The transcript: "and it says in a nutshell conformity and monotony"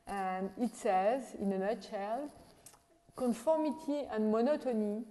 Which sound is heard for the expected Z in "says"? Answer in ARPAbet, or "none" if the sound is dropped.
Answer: Z